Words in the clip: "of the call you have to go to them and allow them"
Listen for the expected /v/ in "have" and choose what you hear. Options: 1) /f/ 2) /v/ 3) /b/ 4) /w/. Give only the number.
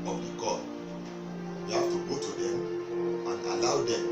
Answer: 1